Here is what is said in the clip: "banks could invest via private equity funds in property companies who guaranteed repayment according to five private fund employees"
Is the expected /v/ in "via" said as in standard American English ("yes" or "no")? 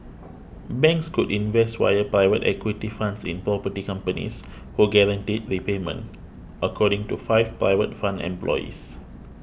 no